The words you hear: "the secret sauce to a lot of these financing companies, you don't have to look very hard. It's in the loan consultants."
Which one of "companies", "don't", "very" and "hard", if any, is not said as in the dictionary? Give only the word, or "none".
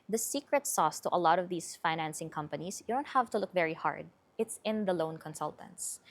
companies